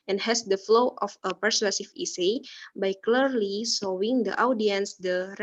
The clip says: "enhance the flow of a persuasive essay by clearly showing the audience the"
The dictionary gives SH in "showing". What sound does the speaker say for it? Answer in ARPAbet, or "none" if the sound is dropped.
S